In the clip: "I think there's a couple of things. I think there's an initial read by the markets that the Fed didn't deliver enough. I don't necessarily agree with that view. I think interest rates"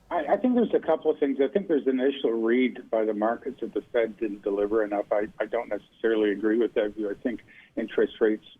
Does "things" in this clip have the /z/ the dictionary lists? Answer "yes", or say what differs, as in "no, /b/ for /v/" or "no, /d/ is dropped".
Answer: yes